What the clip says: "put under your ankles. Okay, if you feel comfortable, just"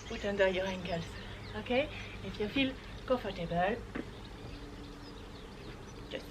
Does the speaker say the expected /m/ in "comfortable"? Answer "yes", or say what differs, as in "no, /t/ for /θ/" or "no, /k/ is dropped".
no, /m/ is dropped